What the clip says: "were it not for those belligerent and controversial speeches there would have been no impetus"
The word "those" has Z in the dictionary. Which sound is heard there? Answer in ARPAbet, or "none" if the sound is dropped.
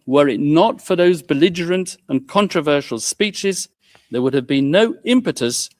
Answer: Z